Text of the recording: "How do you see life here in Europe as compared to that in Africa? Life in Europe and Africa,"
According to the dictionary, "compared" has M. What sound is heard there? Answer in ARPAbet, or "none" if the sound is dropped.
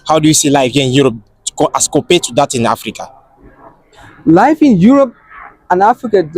none